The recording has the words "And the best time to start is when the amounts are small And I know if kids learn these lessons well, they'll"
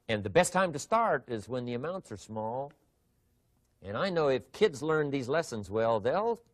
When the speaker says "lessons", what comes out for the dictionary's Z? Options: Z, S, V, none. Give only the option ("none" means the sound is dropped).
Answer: Z